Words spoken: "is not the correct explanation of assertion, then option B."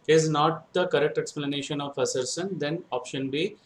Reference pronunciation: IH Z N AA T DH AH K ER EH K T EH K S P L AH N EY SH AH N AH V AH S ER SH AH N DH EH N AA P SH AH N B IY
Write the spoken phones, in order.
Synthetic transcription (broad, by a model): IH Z N AA T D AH K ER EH K T EH K S P L AH N EY SH AH N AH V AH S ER S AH N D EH N AA P SH AH N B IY